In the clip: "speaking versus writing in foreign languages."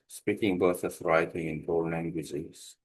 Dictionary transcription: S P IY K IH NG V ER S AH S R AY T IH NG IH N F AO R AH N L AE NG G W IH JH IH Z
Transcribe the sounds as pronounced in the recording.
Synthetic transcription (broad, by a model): S P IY K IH NG B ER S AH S R AY T IH NG IH N P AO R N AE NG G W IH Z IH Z